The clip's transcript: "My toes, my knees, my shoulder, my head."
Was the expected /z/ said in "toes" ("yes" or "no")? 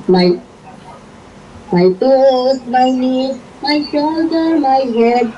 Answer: no